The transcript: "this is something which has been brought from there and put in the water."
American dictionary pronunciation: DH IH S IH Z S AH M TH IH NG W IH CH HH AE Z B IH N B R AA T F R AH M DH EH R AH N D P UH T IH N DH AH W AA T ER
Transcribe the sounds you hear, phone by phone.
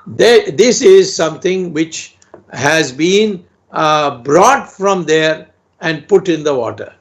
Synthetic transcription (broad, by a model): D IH S IH Z S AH M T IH NG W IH CH HH AE Z B IH N B R AA T F R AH M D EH R AH N D P UH T IH N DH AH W AA T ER